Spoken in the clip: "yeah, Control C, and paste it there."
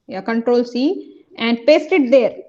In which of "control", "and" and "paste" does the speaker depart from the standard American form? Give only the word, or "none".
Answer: none